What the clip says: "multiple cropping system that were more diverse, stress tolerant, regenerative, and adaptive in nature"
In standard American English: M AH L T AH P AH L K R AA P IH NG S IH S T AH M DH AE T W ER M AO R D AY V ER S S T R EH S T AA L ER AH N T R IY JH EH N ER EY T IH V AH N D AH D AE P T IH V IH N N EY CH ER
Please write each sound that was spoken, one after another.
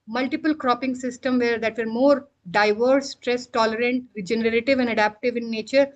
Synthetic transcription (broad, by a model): M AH L T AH P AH L K R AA P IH NG S IH S T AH M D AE T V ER M AO R D AY V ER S S T R EH S T AA L ER AH N T R IY JH EH N ER EY T IH V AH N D AH D AE P T IH V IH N N EY CH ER